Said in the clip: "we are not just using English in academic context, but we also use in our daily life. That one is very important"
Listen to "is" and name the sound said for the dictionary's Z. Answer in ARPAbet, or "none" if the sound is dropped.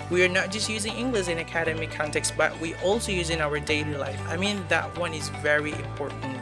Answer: Z